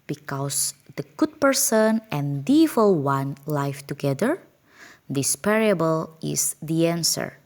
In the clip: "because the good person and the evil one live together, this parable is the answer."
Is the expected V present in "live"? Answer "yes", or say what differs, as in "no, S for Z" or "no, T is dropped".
no, F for V